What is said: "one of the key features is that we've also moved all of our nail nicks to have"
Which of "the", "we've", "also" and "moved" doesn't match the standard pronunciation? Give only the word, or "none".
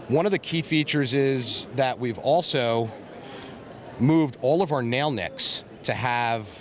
none